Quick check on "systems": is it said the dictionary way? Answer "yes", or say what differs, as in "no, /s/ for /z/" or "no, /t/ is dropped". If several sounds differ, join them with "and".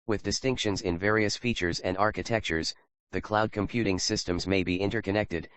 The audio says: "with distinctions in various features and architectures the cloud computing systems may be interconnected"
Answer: yes